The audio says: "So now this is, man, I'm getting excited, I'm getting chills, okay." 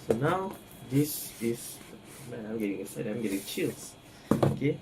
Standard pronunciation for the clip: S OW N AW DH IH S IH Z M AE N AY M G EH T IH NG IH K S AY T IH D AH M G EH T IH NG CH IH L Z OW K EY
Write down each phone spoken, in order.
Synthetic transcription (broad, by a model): S OW N AW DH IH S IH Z M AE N AY M G EH T IH NG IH S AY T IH AH M G EH T IH NG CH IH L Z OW K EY